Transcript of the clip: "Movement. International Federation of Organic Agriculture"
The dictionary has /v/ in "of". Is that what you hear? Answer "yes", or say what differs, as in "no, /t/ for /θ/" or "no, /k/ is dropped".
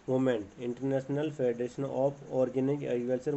no, /p/ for /v/